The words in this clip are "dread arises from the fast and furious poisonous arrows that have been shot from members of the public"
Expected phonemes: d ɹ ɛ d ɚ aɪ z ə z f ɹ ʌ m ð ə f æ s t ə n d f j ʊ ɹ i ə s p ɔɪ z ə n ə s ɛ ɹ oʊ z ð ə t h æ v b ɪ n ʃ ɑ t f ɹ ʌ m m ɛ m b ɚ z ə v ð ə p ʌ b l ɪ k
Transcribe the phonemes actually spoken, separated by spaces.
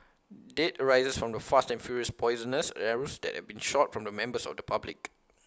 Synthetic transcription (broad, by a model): d ɛ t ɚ aɪ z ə s f ɹ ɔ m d ə f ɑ s t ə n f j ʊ ɹ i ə s p ɔɪ z ə n ə s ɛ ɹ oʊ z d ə t h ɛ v b ɪ n ʃ ɑ t f ɹ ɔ m m ɛ m b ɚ s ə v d ə p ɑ b l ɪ k